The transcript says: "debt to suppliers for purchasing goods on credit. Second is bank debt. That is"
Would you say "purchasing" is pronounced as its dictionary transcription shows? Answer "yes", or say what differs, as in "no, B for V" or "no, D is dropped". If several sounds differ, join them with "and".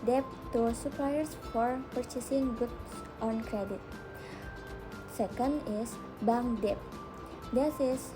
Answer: yes